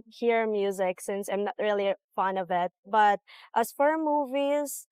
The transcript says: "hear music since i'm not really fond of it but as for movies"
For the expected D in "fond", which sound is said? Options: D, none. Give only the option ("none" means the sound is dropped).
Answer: none